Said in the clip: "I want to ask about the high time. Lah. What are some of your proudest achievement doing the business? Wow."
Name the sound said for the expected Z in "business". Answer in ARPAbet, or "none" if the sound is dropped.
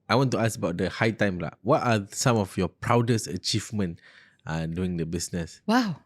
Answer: S